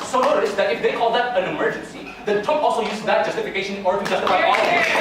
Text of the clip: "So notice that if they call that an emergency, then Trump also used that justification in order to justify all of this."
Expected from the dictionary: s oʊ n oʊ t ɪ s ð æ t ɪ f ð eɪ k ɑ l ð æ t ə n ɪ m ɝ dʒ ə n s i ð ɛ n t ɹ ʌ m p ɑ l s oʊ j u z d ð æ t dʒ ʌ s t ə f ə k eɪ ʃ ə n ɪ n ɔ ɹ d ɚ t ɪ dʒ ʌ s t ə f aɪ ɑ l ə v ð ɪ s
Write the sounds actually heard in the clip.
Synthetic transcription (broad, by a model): s oʊ n oʊ t ɪ s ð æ t ɪ f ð eɪ k ɑ l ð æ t ə n ɪ m ɝ dʒ ə n s i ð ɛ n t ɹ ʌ p ɑ l s oʊ j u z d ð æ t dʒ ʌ s t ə f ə k eɪ ə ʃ ɪ n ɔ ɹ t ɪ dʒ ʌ s t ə f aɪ ɑ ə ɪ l